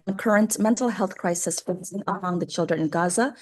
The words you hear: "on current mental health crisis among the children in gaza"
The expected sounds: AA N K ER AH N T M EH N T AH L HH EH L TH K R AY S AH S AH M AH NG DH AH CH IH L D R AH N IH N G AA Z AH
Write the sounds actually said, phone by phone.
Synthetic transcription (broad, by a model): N K ER AH N T M EH N T L HH EH L TH K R AY S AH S AH M AH NG DH AH CH IH L D R AH N IH N G AA Z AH